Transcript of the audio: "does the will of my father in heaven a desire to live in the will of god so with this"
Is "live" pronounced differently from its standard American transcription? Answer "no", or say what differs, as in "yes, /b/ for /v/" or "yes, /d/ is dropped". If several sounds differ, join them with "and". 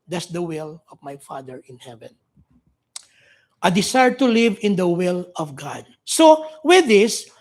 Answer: no